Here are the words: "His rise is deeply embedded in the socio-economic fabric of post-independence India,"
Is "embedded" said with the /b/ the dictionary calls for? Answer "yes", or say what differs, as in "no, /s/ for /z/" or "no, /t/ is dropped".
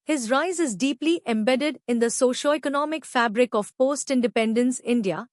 yes